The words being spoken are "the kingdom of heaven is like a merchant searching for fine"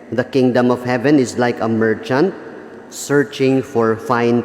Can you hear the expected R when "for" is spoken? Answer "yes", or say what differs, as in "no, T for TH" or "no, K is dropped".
yes